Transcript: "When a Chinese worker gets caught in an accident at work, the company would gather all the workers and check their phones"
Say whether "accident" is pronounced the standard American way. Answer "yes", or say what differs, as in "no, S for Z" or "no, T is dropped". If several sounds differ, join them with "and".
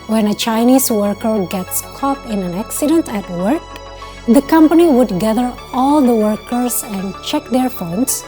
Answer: yes